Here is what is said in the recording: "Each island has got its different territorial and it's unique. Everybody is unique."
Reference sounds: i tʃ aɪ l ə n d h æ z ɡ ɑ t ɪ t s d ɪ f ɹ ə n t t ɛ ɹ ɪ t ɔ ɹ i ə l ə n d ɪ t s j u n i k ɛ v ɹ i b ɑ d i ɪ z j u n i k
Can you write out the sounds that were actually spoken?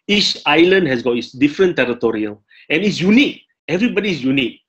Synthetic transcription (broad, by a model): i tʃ aɪ l ə n d h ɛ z ɡ ɑ t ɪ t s d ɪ f ɹ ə n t t ɛ ɹ ɪ t ɔ ɹ i ə l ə n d ɪ t s j u n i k ɛ v ɹ i b ɑ d i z j u n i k